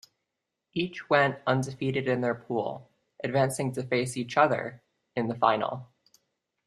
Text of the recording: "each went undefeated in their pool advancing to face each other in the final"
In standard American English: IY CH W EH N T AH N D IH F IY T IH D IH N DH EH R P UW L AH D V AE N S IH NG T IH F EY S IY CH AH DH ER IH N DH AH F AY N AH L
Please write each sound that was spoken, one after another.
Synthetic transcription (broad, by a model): IY CH W EH N T AH N D IH F IY T IH D IH N DH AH R P UW L AH D V AE N S IH NG T IH F EY S IY CH AH DH ER IH N DH AH F AY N L